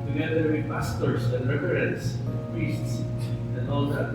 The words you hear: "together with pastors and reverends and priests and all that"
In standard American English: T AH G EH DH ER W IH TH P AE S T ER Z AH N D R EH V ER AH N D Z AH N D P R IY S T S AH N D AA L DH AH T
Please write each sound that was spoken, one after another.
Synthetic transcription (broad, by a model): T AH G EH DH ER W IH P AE S T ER S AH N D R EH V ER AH D AH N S P R IY S T S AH N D AA L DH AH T